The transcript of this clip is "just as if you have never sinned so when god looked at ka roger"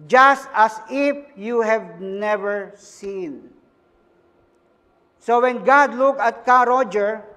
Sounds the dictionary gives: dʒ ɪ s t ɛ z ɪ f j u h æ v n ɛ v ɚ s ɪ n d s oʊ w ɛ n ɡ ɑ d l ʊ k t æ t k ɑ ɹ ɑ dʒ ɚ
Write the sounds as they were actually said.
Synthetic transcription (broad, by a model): dʒ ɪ s t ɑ s ɪ f j u h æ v n ɛ v ɚ s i n s oʊ w ɛ n ɡ ɑ d l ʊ k ɑ t k ɑ ɹ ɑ dʒ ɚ